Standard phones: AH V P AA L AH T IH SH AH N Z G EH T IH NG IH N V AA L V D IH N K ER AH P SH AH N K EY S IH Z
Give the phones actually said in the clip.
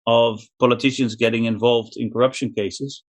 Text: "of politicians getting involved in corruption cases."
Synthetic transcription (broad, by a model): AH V P AA L AH T IH SH AH N Z G EH T IH NG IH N V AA L V D IH N K ER AH P SH AH N K EY S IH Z